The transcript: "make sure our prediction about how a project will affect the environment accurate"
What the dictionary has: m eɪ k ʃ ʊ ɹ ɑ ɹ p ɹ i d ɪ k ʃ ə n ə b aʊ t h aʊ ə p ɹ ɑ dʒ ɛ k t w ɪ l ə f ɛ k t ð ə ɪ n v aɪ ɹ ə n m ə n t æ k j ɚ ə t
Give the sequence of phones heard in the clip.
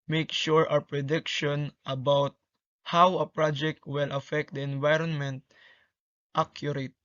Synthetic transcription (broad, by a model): m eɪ k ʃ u ɹ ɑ w p ɹ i d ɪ k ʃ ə n ə b aʊ t h aʊ ə p ɹ ɑ dʒ ɛ k t w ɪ l ə f ɛ k t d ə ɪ n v aɪ ɹ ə n m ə n t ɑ k j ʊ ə t